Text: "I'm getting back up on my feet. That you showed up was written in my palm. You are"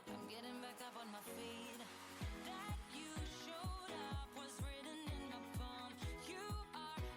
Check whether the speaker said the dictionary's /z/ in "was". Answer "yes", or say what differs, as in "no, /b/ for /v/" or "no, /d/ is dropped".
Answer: yes